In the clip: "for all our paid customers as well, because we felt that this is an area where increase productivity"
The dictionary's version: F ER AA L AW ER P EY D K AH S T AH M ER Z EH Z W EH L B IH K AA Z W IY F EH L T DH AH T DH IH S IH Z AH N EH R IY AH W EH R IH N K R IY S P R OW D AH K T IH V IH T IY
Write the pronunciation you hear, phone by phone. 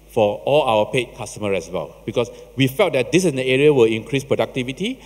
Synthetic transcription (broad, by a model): F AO AA L AW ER P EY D K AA S T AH M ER EH S W EH L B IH K AA S W IY F EH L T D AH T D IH S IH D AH EH R IY AH W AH L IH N K R IY S P R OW D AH K T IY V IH T IY